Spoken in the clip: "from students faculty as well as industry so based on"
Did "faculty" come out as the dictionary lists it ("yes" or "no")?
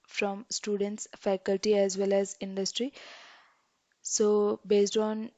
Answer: yes